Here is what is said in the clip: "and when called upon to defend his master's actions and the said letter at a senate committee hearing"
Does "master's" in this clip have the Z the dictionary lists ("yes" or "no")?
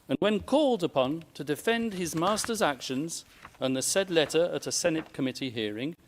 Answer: yes